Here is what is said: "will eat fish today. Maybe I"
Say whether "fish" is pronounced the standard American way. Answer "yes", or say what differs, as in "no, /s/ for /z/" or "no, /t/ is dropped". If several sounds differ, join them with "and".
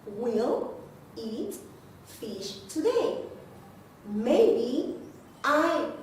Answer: yes